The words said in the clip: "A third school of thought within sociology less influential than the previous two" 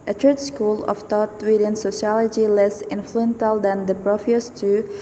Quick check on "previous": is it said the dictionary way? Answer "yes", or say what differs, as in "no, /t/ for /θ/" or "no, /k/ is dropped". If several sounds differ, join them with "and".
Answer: no, /f/ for /v/